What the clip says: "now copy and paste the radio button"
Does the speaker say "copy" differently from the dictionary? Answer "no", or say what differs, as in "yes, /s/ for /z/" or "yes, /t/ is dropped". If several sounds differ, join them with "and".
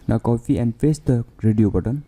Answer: yes, /f/ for /p/